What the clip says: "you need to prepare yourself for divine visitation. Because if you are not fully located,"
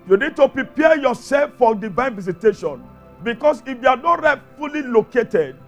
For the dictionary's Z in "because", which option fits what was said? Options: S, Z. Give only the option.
S